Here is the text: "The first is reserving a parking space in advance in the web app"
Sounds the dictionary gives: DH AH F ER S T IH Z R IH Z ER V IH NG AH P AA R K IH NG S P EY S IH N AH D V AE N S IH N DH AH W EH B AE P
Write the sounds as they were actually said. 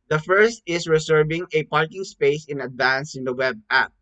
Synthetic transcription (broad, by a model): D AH F ER S T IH S R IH S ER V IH NG AH P AA R K IH NG S P EY S IH N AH D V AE N S IH N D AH W EH B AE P